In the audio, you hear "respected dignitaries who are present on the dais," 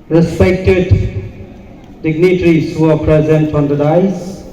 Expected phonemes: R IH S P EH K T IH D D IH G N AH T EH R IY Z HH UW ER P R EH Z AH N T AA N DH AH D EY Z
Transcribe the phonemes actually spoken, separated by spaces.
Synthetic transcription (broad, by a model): R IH S P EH K T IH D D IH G N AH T R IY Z HH UW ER P R EH Z AH N T AA N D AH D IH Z